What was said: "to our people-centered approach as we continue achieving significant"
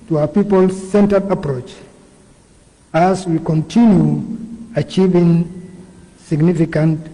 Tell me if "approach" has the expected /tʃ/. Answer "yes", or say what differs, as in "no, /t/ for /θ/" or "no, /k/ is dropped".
yes